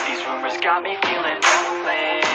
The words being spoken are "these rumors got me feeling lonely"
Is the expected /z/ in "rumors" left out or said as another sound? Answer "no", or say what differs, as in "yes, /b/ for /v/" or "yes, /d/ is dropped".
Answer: no